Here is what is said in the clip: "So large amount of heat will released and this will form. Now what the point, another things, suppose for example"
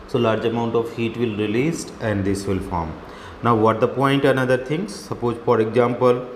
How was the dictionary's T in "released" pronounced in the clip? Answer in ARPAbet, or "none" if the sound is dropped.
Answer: T